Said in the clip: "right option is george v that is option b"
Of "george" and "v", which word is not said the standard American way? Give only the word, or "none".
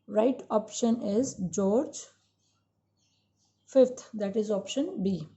v